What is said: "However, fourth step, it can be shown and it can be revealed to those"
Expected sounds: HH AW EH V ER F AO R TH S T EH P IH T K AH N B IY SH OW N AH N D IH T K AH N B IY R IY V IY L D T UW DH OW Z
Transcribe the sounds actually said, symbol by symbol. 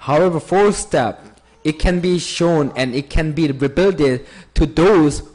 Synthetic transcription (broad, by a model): HH AW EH V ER F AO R S T EH P IH T K AH N B IY SH OW N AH N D IH T K AH N B IY R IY B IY L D T UW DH OW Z